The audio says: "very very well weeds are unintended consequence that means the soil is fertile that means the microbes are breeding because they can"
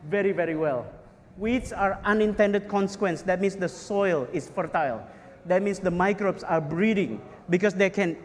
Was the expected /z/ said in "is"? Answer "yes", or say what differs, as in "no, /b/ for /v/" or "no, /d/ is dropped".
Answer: no, /s/ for /z/